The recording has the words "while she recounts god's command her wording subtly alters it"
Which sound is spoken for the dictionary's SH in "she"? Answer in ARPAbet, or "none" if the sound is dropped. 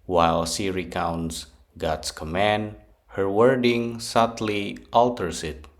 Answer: S